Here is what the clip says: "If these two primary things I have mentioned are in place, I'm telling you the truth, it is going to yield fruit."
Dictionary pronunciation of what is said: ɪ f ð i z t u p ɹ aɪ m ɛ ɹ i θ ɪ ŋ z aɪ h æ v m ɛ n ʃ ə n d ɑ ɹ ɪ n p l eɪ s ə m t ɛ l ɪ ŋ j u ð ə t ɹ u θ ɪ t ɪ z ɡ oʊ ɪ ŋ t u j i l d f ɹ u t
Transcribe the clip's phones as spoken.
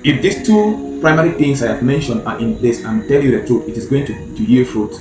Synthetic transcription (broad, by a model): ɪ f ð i s t u p ɹ aɪ m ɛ ɹ i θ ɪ ŋ s aɪ h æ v m ɛ n ʃ ə n d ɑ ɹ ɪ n p l eɪ s ə m t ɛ l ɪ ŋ j u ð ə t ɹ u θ ɪ t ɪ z ɡ oʊ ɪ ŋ t u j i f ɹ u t